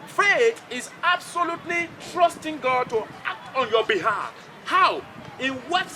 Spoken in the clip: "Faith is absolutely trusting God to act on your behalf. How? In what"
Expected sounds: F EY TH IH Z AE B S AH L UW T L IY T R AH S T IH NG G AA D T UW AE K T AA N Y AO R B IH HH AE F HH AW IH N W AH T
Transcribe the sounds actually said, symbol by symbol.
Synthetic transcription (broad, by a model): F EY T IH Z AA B S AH L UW T L IY T R AH S T IH NG G AA D T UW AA K T AA N Y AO B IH HH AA F HH AW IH W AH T